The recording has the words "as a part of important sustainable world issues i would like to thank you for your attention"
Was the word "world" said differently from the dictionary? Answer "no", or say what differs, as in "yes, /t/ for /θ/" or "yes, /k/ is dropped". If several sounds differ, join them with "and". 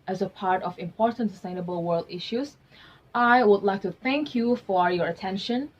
no